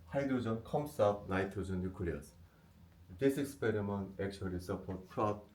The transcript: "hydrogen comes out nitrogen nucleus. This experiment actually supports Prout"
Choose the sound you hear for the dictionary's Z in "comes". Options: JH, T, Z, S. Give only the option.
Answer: S